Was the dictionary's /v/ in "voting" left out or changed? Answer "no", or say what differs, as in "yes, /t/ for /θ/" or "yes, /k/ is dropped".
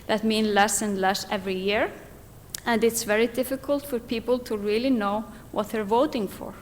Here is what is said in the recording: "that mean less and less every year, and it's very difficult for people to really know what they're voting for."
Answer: no